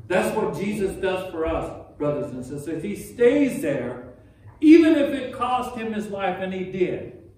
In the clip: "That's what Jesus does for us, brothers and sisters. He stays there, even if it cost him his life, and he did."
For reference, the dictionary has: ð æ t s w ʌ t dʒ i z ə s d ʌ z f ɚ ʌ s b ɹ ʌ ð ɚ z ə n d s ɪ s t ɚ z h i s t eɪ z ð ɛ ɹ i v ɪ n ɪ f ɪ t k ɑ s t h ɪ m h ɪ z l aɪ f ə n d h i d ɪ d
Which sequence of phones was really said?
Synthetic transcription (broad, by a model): ð æ t s w ʌ t dʒ i z ə s d ʌ z f ɚ ʌ s b ɹ ʌ ð ɚ z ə n s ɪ s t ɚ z h i s t eɪ z ð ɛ ɹ i v ɪ n ɪ f ɪ t k ɑ s t h ɪ m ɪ z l aɪ f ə n i d ɪ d